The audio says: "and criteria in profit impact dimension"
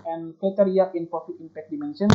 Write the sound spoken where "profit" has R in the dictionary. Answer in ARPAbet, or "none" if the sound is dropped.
none